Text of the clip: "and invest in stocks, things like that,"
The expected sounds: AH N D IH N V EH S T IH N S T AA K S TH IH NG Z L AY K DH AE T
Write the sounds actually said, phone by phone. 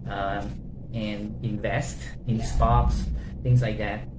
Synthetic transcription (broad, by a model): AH N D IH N V EH S T IH N S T AA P S TH IH NG Z L AY K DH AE T